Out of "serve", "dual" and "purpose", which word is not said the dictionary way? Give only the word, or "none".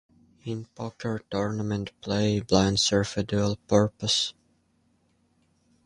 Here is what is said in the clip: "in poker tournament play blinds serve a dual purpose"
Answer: serve